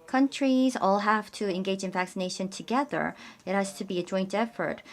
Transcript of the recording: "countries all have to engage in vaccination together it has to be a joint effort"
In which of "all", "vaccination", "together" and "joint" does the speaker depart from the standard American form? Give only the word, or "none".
none